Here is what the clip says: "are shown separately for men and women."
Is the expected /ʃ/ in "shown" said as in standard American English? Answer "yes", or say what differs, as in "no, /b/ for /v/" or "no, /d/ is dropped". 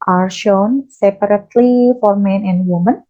yes